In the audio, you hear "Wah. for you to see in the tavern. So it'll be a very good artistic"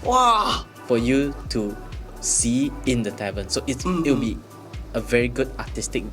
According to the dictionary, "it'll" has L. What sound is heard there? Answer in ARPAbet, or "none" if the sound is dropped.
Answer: W